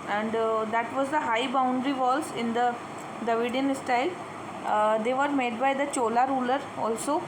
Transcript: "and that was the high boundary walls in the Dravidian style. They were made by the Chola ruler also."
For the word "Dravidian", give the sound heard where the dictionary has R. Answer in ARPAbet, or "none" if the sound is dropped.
none